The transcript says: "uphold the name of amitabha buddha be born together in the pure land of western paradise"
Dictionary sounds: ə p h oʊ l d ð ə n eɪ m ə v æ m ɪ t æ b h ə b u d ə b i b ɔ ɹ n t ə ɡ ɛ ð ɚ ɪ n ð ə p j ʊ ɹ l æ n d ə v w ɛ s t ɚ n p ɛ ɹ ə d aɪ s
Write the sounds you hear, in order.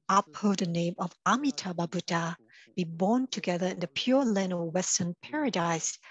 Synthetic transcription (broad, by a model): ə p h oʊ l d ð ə n eɪ m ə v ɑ m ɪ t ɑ b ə b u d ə b i b ɔ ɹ n t ə ɡ ɛ ð ɚ ɪ n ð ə p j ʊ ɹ l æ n ə w ɛ s t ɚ n p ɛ ɹ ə d aɪ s